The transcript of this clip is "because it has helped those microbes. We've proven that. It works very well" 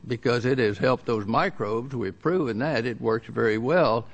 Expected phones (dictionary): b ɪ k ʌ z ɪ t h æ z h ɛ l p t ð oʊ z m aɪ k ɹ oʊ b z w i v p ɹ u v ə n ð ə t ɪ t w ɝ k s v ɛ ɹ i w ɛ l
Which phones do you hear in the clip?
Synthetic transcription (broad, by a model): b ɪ k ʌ z ɪ t h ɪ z h ɛ l p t ð oʊ z m aɪ k ɹ oʊ b z w i v p ɹ u v ə n ð ə t ɪ t w ɝ k s v ɛ ɹ i w ɛ l